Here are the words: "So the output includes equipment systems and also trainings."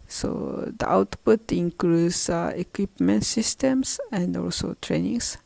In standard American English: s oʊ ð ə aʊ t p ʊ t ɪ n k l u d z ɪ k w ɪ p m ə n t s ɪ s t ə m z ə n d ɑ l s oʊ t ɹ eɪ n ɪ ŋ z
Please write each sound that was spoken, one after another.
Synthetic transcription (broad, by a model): s oʊ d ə aʊ t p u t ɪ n k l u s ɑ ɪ k w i p m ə n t s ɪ s t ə m s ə n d ɑ l s oʊ t ɹ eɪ n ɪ ŋ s